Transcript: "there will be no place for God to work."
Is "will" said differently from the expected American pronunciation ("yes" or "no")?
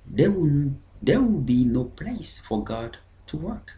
yes